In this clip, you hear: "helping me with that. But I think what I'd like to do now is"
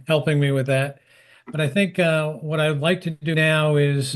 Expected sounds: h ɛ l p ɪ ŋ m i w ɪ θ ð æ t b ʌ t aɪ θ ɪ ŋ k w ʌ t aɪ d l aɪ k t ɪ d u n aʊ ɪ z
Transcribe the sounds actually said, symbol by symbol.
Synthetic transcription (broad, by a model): h ɛ l p ɪ ŋ m i w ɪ ð æ t b ʌ t aɪ θ ɪ ŋ k w ʌ t aɪ d l aɪ k t ɪ d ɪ n aʊ ɪ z